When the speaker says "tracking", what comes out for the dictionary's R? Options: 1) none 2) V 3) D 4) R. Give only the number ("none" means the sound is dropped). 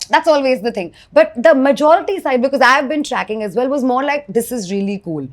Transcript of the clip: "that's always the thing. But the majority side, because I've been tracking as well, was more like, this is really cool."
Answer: 4